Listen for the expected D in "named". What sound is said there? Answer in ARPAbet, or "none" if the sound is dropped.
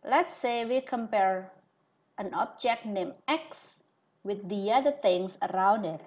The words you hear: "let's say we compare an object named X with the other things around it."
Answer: none